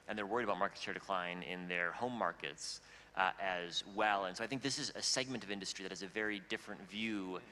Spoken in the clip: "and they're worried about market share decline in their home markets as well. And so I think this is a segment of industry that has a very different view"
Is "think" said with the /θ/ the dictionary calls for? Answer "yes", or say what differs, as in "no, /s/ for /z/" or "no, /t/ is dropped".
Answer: yes